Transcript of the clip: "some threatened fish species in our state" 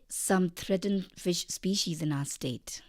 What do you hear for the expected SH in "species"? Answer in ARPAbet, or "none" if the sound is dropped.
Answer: SH